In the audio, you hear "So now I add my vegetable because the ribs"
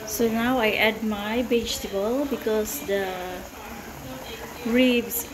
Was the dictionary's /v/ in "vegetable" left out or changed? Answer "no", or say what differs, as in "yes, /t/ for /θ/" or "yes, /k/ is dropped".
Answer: yes, /b/ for /v/